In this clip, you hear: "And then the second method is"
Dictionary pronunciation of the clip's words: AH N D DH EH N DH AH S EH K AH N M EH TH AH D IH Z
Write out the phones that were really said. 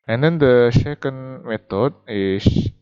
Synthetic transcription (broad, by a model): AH N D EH N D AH SH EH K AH N M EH T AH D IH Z